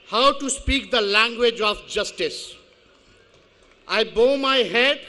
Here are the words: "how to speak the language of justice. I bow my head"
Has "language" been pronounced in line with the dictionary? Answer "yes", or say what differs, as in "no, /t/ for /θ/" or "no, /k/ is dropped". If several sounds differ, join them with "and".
yes